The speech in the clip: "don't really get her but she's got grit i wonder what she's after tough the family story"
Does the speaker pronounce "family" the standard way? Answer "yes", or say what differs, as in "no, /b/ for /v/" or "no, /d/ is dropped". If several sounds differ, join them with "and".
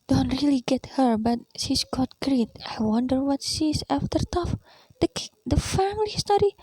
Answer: yes